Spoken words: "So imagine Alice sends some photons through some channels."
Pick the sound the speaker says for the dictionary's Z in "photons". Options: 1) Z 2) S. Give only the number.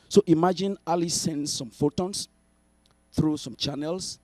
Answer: 2